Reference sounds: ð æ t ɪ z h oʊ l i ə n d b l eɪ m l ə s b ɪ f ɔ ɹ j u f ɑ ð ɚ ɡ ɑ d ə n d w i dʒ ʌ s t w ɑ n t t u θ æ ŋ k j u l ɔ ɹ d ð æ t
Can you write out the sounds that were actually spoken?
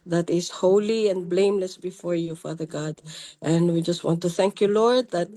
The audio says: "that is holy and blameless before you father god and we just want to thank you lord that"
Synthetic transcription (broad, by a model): ð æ t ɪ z h oʊ l i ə n b l eɪ m l ə s b ɪ f ɔ ɹ j u f ɑ ð ɚ ɡ ɑ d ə n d w i dʒ ʌ s t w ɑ n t t u θ æ ŋ k j u l ɔ ɹ d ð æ t